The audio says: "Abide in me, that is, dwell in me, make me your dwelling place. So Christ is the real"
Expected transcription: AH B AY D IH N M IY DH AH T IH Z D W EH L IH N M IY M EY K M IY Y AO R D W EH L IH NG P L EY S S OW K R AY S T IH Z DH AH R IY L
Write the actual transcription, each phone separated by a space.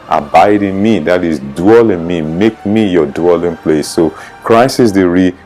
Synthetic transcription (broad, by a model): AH B AY D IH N M IY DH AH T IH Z D W EH L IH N M IY M EY K M IY Y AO D W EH L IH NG P L EY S S OW K R AY S IH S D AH R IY